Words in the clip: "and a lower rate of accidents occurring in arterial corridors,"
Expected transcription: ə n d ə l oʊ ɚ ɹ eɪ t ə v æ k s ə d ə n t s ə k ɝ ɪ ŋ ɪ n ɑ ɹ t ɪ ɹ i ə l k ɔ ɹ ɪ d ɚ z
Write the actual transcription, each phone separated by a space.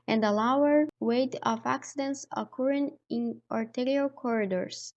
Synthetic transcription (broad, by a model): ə n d ə l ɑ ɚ w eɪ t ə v æ k s ə d ə n t s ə k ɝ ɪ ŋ ɪ n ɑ ɹ t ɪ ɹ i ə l k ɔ ɹ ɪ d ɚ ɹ